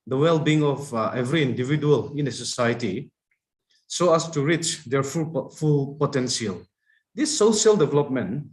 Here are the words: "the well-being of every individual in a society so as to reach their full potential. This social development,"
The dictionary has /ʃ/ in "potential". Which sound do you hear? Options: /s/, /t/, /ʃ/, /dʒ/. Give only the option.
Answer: /s/